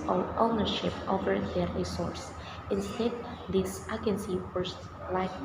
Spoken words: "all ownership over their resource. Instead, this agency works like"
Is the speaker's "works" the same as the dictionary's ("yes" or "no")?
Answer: no